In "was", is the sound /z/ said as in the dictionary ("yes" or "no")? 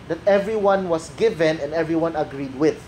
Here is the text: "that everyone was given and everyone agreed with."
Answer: no